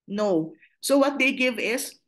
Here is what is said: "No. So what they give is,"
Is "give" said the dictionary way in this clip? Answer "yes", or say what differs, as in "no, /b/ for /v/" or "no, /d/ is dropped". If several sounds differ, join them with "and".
yes